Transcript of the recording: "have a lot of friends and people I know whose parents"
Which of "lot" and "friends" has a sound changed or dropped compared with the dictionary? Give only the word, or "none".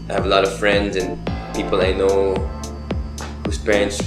none